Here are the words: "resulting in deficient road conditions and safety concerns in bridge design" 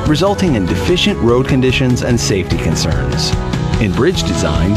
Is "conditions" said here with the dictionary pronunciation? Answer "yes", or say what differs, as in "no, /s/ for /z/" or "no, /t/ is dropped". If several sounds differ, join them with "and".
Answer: yes